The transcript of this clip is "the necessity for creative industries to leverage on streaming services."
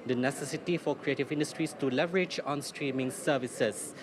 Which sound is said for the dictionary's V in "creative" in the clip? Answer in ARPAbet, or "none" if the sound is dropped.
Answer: V